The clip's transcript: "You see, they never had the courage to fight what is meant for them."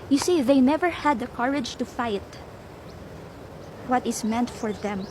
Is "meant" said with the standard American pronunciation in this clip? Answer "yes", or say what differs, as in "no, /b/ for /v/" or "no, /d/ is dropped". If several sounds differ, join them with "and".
yes